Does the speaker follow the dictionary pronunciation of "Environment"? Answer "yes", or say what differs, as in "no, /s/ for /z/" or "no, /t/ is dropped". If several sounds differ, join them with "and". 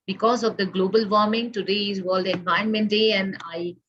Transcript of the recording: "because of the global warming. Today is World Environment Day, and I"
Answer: no, /ɹ/ is dropped